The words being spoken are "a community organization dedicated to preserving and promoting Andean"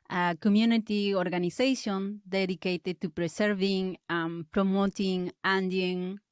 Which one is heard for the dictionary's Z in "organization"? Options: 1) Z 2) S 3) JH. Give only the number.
2